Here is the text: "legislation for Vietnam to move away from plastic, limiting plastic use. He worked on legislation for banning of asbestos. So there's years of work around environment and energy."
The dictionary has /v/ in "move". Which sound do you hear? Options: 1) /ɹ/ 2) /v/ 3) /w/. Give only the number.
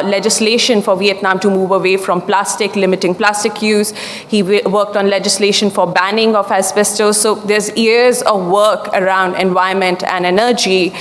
2